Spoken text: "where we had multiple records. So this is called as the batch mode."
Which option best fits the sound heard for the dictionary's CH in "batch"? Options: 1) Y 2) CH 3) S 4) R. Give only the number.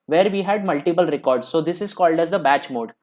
2